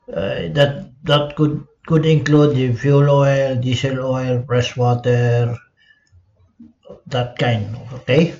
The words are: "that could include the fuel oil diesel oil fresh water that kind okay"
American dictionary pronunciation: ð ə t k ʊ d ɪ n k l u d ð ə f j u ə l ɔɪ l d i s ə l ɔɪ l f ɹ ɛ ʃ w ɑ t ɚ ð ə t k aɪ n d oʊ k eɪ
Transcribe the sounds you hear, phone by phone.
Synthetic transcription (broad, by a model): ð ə t k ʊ d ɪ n k l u d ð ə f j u l ɔɪ l d i s ə l ɔɪ l p ɹ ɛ s w ɑ t ɚ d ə t k aɪ n d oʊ k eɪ